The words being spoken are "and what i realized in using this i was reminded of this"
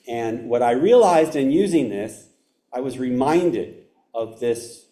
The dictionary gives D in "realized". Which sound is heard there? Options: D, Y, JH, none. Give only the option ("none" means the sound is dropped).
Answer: D